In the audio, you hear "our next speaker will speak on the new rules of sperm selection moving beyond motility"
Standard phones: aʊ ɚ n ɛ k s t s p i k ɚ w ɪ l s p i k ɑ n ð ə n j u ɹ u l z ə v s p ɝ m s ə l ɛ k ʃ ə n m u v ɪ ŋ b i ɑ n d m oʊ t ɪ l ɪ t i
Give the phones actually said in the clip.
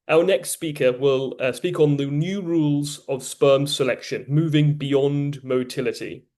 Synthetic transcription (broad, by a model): aʊ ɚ n ɛ k s t s p i k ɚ w ɪ l s p i k n ð ə n j u ɹ u l z ə v s p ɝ m s ə l ɛ k ʃ ə n m u v ɪ ŋ b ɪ ɑ n d m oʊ t ɪ l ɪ t i